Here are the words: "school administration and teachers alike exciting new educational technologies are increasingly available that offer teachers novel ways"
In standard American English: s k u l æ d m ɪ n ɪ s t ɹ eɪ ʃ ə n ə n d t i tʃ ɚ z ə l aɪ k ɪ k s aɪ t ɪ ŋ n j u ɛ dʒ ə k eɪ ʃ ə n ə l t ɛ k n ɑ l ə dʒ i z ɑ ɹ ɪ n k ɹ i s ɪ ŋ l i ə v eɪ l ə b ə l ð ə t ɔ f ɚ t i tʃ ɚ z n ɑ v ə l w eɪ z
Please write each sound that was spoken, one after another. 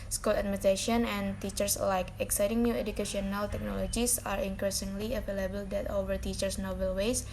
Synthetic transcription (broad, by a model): s k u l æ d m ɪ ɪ t eɪ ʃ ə n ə n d t i tʃ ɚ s l aɪ k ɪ k s aɪ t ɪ ŋ n j u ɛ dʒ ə k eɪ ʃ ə n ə l t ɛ k n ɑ l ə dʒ i s ɑ ɹ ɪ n k ɹ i s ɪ ŋ l i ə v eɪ l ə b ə l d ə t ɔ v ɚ t i tʃ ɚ s n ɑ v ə l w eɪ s